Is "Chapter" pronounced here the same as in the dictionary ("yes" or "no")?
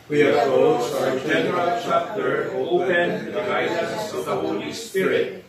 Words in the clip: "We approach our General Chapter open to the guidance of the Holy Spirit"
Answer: yes